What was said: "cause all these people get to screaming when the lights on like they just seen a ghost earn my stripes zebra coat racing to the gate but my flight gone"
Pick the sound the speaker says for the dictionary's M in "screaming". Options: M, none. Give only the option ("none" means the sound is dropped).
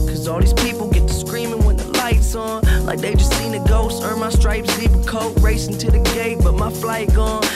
M